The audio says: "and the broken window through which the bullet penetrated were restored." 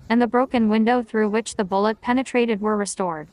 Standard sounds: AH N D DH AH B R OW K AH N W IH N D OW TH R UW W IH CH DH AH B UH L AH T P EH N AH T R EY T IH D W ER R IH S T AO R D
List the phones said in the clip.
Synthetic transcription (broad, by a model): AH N DH AH B R OW K AH N W IH N D OW TH R UW W IH CH DH AH B UH L AH T P EH N AH T R EY T IH D W ER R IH S T AO R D